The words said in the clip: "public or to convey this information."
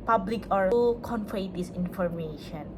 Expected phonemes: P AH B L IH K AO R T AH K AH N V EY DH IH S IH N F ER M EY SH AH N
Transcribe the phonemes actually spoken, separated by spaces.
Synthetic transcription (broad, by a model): P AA B L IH K AO R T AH K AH N F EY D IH S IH N F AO M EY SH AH N